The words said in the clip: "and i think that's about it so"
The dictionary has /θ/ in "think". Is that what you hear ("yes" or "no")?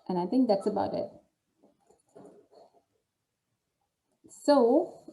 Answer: yes